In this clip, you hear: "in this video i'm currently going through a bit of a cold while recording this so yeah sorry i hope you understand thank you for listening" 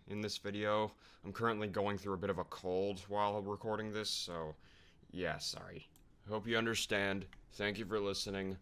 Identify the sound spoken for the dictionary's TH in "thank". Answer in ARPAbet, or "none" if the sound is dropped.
TH